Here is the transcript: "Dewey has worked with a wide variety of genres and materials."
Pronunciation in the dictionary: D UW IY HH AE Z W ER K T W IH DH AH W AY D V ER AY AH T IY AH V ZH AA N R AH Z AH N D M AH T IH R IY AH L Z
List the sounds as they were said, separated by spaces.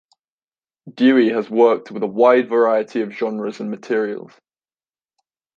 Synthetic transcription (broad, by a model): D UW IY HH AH Z W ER K T W IH DH AH W AY D V ER AY AH T IY AH V ZH AA N R AH Z AH N M AH T IH R IY AH L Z